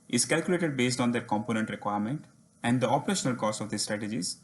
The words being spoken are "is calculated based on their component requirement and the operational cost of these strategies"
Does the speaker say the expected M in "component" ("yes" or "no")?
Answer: yes